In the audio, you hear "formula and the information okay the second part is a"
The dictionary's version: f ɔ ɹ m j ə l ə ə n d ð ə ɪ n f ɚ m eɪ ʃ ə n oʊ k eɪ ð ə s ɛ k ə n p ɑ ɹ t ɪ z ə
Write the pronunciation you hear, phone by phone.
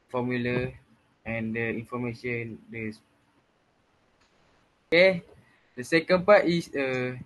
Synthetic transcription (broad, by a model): f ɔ m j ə l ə ə n d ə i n f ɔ m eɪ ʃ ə n oʊ k eɪ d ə s ɛ k ə n p ɑ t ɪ s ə